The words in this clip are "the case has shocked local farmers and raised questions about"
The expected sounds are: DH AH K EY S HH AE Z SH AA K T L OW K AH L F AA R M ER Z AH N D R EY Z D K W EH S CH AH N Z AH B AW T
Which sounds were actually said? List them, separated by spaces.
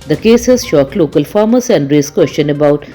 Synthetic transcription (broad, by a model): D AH K EY S HH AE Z SH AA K L OW K AH L F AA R M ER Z AH N D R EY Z K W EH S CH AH N AH B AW T